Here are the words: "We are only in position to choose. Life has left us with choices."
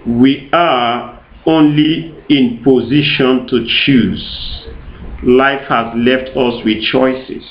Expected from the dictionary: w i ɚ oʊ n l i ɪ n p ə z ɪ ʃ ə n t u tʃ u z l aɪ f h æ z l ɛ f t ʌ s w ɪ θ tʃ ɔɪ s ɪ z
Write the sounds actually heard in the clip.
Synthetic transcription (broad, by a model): w i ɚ oʊ n l i ɪ n p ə z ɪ ʃ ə n t u tʃ u z l aɪ f h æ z l ɛ f t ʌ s w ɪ tʃ ɔɪ s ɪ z